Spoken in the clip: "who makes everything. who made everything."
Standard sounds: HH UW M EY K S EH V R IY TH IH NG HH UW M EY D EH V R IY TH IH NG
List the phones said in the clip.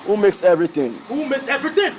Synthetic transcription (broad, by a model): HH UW M EY K S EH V R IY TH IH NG HH UW M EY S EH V R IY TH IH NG